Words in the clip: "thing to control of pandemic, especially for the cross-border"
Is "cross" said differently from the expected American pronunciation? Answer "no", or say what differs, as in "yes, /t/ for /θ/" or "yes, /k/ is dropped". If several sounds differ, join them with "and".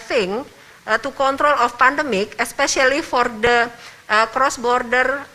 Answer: no